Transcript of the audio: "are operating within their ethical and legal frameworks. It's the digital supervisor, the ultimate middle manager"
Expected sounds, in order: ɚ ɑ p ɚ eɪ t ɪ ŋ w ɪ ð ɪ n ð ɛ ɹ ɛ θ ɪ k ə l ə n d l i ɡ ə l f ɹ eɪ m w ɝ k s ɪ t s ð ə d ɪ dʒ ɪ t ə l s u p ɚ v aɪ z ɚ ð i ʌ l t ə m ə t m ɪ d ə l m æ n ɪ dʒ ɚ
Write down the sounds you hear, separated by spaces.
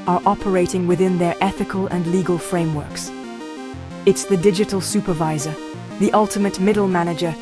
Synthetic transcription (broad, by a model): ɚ ɑ p ɚ eɪ t ɪ ŋ w ɪ ð ɪ n ð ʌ ɹ ɛ θ ɪ k ə l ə n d l i ɡ ə l f ɹ eɪ m w ɝ k s ɪ t s ð ə d ɪ dʒ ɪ t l s u p ɚ v aɪ z ɚ ð i ʌ l t ə m ə t m ɪ d l m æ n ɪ dʒ ɚ